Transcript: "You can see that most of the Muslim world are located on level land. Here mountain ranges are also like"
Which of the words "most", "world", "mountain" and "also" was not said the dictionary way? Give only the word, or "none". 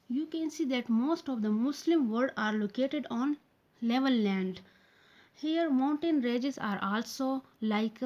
world